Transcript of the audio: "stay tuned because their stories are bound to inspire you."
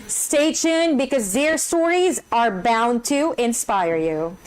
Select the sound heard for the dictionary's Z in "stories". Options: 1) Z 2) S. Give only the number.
1